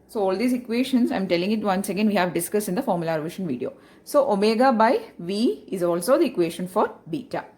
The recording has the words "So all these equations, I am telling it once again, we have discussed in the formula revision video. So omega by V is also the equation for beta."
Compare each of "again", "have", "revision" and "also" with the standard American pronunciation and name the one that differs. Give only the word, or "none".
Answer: revision